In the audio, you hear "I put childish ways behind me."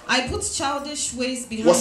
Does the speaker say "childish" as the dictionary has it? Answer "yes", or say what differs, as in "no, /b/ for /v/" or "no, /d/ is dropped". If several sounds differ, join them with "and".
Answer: yes